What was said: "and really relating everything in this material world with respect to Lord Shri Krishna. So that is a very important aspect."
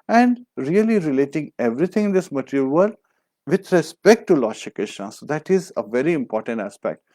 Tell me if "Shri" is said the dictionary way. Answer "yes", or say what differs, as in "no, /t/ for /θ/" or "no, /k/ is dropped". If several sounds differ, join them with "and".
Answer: no, /ɹ/ is dropped